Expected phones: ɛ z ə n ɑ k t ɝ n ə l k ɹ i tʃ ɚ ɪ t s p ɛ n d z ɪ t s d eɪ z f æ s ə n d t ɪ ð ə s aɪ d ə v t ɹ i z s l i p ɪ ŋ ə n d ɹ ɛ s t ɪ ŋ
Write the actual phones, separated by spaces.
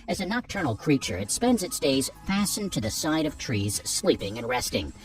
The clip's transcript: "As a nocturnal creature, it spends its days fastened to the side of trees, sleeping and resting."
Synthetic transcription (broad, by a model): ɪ z ə n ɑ k t ɝ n l k ɹ i tʃ ɚ ɪ t s p ɛ n d z ɪ t s d eɪ z f æ s n t ɪ ð ə s aɪ d ə v t ɹ i z s l i p ɪ ŋ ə n ɹ ɛ s t ɪ ŋ